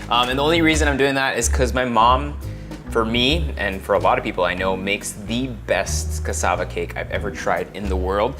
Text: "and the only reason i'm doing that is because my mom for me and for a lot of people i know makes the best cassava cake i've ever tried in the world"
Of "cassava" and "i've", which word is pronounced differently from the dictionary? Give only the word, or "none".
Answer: none